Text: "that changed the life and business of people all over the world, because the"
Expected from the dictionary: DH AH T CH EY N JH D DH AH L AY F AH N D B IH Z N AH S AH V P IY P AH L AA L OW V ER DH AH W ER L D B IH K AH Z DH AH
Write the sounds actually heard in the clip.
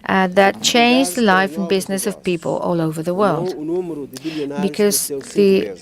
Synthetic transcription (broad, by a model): DH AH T CH EY N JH DH AH L AY F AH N B IH Z N AH S AH V P IY P AH L AA L OW V ER DH AH W ER L D B IH K AH Z DH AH